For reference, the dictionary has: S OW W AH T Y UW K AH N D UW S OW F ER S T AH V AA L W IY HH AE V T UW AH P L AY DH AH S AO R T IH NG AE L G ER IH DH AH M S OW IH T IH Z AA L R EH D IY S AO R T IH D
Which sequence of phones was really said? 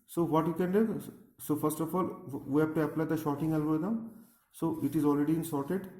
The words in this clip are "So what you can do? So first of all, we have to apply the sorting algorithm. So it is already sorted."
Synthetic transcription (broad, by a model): S OW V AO T Y UW K AH N D UW S OW F ER S T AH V AA L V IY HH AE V T UW AH P L AY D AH SH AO T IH NG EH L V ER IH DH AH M S OW IH T IH Z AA L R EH D IY S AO R T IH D